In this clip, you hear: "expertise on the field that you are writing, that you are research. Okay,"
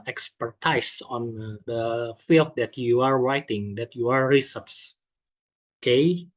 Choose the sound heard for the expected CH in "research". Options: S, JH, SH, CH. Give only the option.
S